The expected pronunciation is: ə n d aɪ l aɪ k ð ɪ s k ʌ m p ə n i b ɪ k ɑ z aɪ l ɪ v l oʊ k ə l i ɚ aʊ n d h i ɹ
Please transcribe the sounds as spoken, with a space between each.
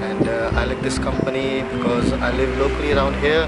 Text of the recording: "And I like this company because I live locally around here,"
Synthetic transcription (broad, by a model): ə n d aɪ l aɪ k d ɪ s k ʌ m p ə n i b ɪ k ɑ z aɪ l ɪ v l oʊ k ə l i ɚ aʊ n d h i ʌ